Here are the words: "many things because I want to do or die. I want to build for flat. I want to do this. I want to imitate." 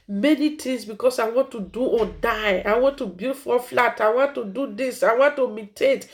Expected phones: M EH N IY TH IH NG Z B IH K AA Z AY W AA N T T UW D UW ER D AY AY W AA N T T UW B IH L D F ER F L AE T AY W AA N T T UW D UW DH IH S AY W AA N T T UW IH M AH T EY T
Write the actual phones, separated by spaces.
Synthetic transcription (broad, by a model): M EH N IY T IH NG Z B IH K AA S AY W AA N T T UW D UW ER D AY AY W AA N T T UW B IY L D F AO F L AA T AY W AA N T T UW D UW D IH S AY W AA N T T UW M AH T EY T